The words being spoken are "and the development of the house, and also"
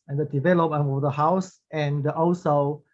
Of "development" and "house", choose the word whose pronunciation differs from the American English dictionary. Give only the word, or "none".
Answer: development